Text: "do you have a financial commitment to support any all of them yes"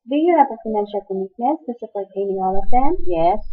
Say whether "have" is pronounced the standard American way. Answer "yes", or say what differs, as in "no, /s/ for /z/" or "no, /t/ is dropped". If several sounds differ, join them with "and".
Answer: no, /p/ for /v/